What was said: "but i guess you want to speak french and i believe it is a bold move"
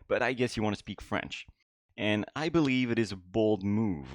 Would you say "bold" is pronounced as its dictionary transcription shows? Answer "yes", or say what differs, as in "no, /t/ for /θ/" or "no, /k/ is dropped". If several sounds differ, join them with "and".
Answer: yes